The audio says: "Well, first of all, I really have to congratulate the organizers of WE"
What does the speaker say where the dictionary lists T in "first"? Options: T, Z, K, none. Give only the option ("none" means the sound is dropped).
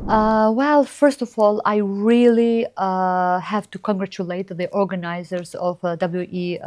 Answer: T